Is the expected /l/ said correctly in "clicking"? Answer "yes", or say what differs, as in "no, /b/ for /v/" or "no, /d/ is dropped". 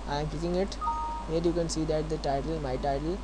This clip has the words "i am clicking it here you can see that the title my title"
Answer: no, /l/ is dropped